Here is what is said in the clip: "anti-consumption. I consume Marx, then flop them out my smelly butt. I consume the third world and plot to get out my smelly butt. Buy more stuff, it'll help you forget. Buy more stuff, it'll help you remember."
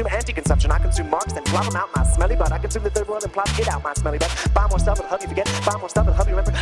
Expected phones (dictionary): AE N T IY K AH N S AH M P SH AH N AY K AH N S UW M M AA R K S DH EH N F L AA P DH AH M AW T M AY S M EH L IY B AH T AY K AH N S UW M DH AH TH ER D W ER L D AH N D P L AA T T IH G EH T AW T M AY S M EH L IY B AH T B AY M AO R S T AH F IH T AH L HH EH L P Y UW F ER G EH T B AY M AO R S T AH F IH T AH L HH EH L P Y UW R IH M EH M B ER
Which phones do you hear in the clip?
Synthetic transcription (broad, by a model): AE N T IY K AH N S AH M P SH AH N AY K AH N S UW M M AA R K S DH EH N P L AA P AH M AW T M AY S M EH L IY B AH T AY K AH N S UW M DH AH TH ER D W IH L AH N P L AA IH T AW T M AY S M EH L IY B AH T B AY M AO R S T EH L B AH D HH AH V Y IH F ER G EH T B AY M AO R S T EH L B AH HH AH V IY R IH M EH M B ER